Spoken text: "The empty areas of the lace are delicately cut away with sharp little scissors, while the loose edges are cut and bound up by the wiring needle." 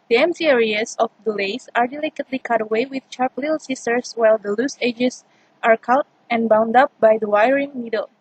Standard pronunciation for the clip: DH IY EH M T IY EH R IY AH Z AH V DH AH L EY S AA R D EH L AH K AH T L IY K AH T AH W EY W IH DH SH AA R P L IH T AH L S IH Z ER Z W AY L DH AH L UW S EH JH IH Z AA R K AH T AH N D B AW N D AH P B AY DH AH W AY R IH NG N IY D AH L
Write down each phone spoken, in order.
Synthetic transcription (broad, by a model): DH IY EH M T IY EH R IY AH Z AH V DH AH L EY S AA R D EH L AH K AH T L IY K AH T AH W EY W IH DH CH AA R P L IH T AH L S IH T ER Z W AY L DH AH L UW S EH JH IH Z AA R K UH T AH N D B AW N D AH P B AY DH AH W AY R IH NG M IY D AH L